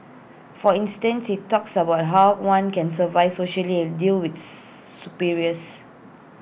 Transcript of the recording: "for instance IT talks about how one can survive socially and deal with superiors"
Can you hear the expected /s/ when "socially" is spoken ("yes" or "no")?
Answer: yes